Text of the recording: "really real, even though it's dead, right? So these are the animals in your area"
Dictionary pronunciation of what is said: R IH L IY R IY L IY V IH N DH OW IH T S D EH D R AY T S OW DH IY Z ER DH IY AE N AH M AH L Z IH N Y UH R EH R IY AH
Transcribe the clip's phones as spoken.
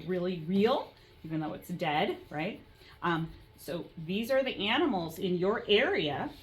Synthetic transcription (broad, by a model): R IH L IY R IY L IY V IH N DH OW IH T S D EH D R AY T S OW DH IY Z ER DH IY AE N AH M L Z IH N Y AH R EH R IY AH